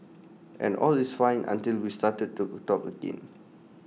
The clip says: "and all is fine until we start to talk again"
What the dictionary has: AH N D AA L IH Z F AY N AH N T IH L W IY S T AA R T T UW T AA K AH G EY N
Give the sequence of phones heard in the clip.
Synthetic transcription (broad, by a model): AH N AA L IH S F AY N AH N T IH L W IY S T AA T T T UW T AA K AH G EY N